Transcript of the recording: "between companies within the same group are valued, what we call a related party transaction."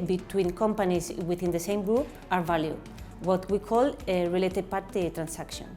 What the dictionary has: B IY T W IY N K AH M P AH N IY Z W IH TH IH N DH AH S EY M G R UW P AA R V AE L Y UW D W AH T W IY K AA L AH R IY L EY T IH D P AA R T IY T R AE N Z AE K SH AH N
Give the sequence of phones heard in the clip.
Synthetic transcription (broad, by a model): B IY T W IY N K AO M P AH N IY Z W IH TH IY N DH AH S EY M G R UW AA R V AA L Y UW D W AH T W IY K AA L AH R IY L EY T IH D P AA R T IY T R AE N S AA K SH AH N